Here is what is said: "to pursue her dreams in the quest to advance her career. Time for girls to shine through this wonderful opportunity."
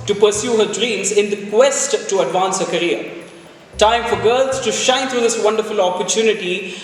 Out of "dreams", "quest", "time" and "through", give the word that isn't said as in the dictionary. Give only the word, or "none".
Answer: through